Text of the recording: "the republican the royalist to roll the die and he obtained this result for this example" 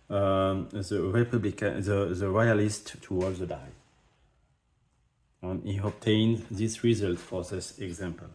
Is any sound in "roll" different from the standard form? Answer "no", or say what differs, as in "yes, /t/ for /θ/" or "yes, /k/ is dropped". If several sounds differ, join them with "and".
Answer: yes, /w/ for /ɹ/